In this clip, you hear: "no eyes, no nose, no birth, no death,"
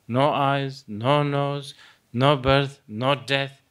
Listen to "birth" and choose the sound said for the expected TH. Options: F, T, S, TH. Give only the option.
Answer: T